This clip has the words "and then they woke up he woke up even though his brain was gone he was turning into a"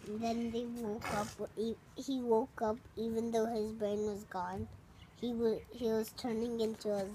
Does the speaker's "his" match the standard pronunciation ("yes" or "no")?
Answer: yes